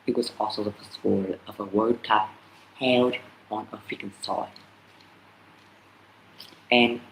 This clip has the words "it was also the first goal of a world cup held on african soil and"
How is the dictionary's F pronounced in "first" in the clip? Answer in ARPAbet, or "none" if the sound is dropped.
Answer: P